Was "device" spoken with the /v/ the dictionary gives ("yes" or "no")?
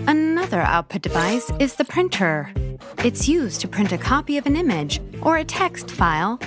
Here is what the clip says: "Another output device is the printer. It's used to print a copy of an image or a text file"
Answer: yes